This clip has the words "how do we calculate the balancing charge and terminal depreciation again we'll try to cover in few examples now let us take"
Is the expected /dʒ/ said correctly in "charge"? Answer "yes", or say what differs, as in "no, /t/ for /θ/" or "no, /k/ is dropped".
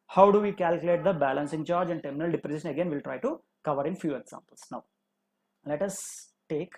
yes